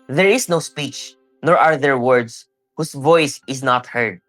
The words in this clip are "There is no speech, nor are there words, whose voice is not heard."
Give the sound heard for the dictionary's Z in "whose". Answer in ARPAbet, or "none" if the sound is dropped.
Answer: S